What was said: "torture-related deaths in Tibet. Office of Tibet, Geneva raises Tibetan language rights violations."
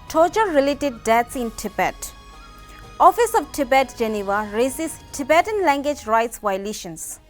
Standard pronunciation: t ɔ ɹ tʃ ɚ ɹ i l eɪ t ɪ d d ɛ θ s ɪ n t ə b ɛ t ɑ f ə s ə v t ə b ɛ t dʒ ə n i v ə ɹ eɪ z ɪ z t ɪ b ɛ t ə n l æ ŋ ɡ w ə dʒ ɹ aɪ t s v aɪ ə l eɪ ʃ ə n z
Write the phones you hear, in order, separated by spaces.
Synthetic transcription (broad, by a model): t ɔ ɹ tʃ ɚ ɹ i l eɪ t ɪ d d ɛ t s ɪ n t ə b ɛ t ɑ f ə s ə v t ə b ɛ t dʒ ə n i v ə ɹ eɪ s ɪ s t ɪ b ɛ t ə n l æ ŋ ɡ w ə dʒ ɹ aɪ t s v aɪ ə l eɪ ʃ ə n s